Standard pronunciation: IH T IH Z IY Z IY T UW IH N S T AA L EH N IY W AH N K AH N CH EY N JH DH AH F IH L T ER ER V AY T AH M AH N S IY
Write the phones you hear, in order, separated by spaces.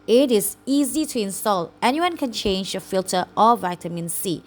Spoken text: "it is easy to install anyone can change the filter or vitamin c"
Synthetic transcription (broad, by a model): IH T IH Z IY Z IY T UW IH N S T AA L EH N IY W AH N K AH N CH EY N JH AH F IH L T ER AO V AY T AH M AH N S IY